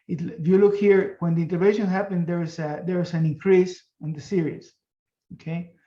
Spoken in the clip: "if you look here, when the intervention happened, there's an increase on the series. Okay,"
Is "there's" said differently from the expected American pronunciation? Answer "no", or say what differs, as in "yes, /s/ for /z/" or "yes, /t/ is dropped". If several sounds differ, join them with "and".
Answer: yes, /s/ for /z/